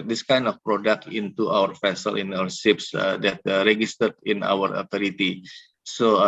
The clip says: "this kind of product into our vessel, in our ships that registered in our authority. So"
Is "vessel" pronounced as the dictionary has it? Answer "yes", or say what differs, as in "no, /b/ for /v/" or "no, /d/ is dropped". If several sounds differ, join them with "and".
no, /f/ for /v/